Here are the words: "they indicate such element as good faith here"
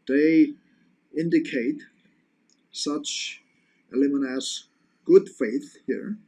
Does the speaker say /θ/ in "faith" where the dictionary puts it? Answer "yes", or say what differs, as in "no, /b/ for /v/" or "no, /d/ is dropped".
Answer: yes